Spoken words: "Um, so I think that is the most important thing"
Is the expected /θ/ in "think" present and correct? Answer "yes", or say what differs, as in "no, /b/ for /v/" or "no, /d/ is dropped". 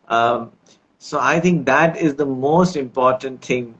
no, /t/ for /θ/